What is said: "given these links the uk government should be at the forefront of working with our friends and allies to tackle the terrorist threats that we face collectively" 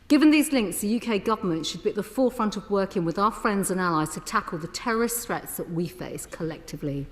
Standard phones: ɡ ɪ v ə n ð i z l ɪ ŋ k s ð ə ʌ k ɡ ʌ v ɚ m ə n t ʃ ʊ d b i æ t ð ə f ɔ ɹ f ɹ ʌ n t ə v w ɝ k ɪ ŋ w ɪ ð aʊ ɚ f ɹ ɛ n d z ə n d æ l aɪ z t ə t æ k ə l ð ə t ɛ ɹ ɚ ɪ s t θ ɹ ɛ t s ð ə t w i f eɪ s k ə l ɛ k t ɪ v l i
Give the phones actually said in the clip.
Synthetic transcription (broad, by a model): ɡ ɪ v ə n ð i z l ɪ ŋ k s ð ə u k ɡ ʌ v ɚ m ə n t ʃ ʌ d b i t ð ə f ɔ f ɹ ʌ n t ə v w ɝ k ɪ ŋ w ɪ ð aʊ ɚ f ɹ ɛ n d z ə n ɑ l aɪ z t ə t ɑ k ə l ð ə t ɛ ɹ ɚ ɪ s t θ ɹ ɛ t s ð ə t w i f eɪ s k ə l ɛ k t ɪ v l i